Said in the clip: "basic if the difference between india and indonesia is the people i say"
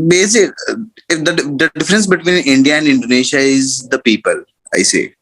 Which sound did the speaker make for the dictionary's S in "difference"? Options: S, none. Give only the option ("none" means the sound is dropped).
S